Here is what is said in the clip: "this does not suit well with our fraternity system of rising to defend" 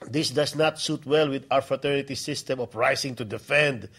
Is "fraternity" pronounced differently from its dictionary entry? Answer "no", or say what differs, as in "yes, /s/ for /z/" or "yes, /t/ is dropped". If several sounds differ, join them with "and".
no